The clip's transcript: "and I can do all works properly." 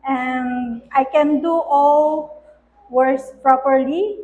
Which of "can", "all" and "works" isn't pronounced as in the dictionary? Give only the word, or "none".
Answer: works